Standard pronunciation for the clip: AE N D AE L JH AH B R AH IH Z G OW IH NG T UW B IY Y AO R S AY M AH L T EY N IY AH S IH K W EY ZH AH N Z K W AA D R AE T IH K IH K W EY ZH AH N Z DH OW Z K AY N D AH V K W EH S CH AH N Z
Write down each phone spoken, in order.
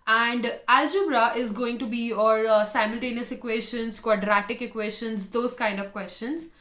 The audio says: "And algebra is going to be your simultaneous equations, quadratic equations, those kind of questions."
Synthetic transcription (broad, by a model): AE N D AE L JH AH B R AH IH Z G OW IH NG T UW B IY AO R S AY M AH L T EY N IY AH S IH K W EY SH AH N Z K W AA D R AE T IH K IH K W EY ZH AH N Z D OW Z K AY N D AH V K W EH S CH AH N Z